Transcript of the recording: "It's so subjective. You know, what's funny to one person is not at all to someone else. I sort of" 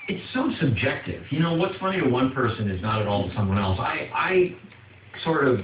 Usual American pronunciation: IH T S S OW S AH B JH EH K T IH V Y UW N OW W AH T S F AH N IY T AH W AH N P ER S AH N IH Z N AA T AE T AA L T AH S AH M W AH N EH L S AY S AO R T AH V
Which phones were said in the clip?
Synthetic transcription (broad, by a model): IH T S S OW S AH B JH EH K T IH V Y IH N OW W AH T S F AH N IY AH W AH N P ER S AH N IH Z N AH T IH T AA L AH S AH M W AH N EH L S AY S AO R T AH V